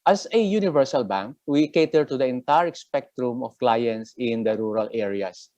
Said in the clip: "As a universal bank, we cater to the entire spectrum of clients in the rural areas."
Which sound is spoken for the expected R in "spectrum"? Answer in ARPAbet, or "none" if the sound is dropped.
R